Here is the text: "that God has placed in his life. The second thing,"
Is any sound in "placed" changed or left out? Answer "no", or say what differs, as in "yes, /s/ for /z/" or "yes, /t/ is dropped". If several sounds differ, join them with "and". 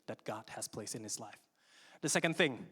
yes, /t/ is dropped